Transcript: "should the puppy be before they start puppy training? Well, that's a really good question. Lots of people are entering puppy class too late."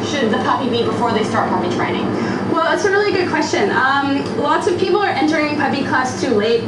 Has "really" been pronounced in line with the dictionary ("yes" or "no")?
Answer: yes